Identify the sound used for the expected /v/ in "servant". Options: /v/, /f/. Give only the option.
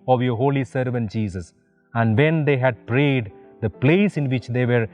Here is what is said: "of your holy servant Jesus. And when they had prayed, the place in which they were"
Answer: /v/